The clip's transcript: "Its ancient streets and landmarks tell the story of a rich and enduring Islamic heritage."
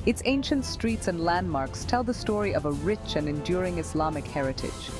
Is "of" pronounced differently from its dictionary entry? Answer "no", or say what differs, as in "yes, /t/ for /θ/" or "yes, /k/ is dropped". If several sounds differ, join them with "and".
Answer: no